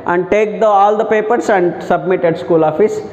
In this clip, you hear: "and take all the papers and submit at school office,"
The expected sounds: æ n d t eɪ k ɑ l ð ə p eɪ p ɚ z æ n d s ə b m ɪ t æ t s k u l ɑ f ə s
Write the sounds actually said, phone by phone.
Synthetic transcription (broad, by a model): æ n d t eɪ k ɑ l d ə p eɪ p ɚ s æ n d s ə b m ɪ t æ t s k u l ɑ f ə s